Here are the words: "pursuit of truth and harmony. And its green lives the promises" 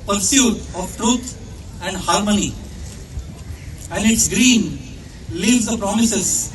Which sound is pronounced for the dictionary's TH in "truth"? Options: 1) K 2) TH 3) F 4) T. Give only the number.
4